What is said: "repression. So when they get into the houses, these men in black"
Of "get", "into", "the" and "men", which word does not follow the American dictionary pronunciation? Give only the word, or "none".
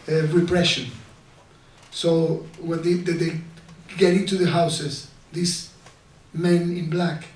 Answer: none